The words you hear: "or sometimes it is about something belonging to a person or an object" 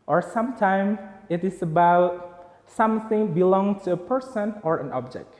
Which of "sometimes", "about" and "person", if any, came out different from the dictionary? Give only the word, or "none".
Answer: sometimes